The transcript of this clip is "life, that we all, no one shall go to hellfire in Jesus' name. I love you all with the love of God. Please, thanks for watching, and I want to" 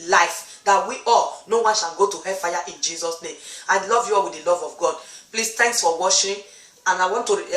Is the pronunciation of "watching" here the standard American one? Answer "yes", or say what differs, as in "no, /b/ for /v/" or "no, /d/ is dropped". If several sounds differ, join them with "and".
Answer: no, /ʃ/ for /tʃ/